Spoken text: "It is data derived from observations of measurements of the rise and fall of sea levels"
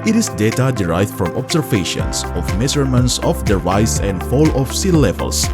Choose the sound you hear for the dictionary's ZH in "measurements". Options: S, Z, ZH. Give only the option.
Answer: S